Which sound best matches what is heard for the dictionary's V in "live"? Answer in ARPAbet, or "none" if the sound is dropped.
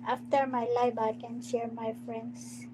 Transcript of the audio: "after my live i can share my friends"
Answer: B